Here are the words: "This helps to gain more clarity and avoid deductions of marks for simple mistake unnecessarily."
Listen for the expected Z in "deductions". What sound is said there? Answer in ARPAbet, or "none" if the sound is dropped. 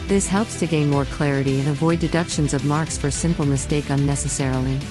Z